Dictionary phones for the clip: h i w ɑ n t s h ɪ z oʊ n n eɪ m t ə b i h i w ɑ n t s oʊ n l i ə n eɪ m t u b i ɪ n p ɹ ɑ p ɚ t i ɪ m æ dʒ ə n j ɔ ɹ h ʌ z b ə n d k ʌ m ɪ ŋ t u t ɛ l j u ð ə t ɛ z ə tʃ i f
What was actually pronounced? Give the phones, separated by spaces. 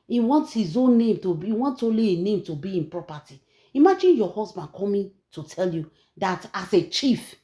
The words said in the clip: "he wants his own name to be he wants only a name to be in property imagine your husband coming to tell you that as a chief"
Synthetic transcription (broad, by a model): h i w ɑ n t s h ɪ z oʊ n n eɪ m t ə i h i w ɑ n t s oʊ l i ə n eɪ m t u b i ɪ n p ɹ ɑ p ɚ t i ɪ m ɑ dʒ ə n j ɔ h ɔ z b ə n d k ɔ m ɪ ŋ t u t ɛ l j u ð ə t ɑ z ə tʃ i f